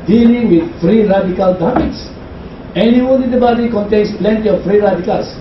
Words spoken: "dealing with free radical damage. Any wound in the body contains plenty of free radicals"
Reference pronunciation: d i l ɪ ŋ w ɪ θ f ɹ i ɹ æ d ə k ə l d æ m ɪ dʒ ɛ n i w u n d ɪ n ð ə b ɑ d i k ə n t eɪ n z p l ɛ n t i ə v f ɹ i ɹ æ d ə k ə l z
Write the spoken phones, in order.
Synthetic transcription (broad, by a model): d i l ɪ ŋ w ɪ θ f ɹ i ɹ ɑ d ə k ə l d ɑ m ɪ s ɛ n i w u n ɪ n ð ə b ɑ d i k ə n t eɪ n s p l ɛ n t i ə f f ɹ i ɹ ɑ d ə k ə l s